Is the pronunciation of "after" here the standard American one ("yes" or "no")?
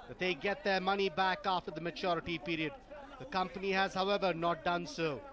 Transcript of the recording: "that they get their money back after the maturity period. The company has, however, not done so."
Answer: yes